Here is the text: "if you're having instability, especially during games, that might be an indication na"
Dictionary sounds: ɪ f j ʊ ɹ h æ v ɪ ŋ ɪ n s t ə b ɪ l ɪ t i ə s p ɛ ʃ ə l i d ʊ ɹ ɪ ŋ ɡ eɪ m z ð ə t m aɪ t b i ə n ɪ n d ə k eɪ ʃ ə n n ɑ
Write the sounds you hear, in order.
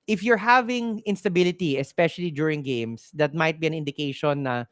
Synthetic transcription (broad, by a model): ɪ f j ʊ ɹ h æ v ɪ ŋ ɪ n s t ə b ɪ l ɪ t i ə s p ɛ ʃ ə l i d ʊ ɹ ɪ ŋ ɡ eɪ m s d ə t m aɪ t b i ə n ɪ n d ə k eɪ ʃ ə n n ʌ